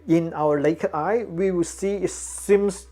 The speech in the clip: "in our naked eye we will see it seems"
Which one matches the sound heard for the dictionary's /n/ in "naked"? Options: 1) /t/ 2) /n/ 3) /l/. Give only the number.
3